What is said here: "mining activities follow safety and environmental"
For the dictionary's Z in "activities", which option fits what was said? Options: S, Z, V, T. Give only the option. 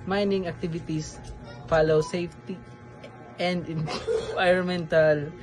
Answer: S